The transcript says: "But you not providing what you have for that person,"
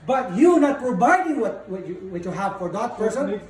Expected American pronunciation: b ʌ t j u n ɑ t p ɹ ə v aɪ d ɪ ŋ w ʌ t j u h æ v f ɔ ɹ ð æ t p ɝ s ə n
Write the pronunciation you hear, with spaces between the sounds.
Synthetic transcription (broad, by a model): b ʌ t j u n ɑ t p ə b aɪ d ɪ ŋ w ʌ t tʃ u h æ v f ɔ ɹ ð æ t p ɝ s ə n